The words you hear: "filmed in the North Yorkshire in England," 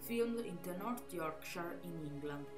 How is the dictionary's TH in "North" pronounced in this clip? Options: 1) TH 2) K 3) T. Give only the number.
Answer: 3